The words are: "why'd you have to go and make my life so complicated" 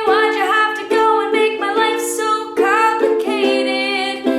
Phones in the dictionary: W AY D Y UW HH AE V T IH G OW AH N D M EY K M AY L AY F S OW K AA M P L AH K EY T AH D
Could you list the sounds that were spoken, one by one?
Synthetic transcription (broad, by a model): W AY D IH HH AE F T IH G OW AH N M EY K M AY L AY F S OW K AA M P L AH K EY T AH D